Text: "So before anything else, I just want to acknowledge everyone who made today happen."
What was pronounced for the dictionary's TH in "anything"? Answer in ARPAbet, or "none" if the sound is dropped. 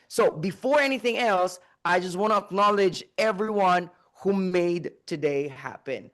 TH